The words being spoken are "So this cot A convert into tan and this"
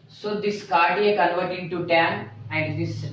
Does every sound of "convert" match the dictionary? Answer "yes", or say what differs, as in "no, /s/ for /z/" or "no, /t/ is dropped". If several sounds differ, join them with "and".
no, /l/ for /n/